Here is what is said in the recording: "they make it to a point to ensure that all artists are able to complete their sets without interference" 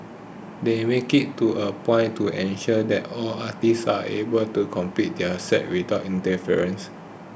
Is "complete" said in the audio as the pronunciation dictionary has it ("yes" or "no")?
no